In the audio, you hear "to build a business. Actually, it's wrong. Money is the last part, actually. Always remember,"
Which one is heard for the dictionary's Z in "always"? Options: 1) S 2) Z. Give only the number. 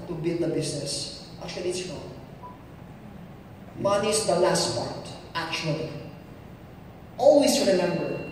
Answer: 1